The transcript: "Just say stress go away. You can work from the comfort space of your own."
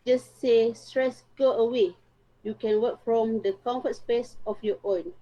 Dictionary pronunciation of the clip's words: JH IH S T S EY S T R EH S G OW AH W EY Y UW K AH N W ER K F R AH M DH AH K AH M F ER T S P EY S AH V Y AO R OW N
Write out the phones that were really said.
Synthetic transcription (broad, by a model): JH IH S S EY S T R EH S G OW AH W EY Y UW K AH N W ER K F R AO M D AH K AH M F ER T S P EY S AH F Y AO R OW N